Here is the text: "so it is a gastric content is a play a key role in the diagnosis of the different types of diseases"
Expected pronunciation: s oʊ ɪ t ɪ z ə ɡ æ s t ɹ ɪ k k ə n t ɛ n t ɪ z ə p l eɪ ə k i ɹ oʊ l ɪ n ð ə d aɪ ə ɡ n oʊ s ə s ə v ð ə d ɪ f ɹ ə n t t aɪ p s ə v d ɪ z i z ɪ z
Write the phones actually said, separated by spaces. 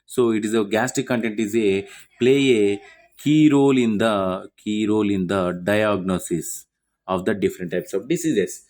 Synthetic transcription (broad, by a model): s oʊ ɪ t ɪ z ə ɡ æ s t ɪ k k ə n t ɛ n t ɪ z ə p l eɪ ə k i ɹ oʊ l ɪ n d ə d aɪ ə ɡ n oʊ s ə s ə v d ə d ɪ f ɹ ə n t t aɪ p s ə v d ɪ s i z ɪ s